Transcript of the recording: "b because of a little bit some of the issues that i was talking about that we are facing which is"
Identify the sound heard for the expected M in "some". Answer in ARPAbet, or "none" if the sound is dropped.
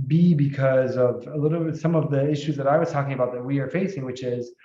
M